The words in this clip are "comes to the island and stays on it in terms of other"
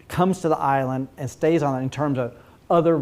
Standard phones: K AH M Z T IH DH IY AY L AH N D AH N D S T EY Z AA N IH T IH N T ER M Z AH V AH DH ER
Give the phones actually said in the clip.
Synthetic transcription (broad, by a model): K AH M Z T IH DH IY AY L AH N D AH N S T EY Z N IH T IH N T ER M Z AH V AH DH ER